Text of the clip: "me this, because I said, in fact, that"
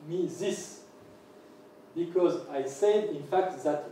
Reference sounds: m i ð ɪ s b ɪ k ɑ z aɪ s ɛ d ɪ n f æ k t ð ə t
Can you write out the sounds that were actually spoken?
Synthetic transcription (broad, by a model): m i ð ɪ s b ɪ k ɑ z aɪ s ɛ d ɪ n f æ k t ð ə t